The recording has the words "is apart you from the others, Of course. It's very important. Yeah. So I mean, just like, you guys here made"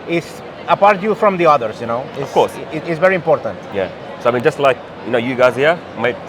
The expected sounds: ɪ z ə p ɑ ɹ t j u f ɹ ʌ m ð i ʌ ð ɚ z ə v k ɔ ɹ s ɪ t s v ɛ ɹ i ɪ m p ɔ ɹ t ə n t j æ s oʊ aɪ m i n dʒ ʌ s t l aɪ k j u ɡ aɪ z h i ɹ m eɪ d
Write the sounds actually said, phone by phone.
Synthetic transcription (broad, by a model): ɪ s ə p ɑ ɹ t j u f ɹ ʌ m ð i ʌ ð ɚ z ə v k ɔ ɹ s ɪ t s v ɛ ɹ i ɪ m p ɔ ɹ t ə n t j æ s oʊ aɪ m i n dʒ ʌ s t l aɪ k j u ɡ aɪ z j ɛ m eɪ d